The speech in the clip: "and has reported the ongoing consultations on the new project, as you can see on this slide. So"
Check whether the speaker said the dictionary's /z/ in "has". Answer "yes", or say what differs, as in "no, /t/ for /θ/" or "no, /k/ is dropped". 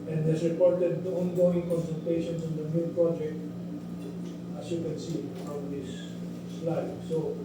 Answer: no, /s/ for /z/